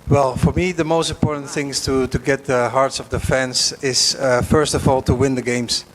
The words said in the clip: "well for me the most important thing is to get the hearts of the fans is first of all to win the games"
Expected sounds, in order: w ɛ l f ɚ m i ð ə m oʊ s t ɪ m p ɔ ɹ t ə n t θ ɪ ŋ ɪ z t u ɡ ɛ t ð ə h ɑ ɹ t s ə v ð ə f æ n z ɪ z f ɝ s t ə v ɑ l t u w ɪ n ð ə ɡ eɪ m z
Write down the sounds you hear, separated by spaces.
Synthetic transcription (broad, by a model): w ɛ l f ɚ m i ð ə m oʊ s t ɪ m p ɔ ɹ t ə n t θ ɪ ŋ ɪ t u ɡ ɛ t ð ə h ɑ ɹ t s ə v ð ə f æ n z ɪ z f ɝ s t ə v ɑ l t u w ɪ n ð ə ɡ eɪ m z